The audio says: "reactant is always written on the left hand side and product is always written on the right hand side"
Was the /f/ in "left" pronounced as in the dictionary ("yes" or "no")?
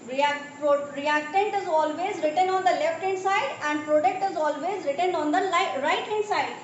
yes